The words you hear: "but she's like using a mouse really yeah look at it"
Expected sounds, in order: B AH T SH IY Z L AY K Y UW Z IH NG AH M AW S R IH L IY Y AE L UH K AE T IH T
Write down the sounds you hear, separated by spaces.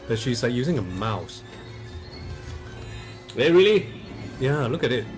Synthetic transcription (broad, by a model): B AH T SH IY Z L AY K Y UW Z IH NG AH M AW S R IH L IY Y AE L UH K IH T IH T